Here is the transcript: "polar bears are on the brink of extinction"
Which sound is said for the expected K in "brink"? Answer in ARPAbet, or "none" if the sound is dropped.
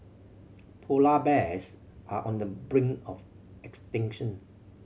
none